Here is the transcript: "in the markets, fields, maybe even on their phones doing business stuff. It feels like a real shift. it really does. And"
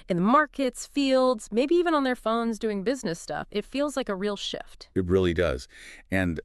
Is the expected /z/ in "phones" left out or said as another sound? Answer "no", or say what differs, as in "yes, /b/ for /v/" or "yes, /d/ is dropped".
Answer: no